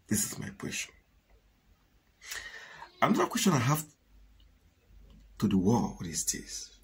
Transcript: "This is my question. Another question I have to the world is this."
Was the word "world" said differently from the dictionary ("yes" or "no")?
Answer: yes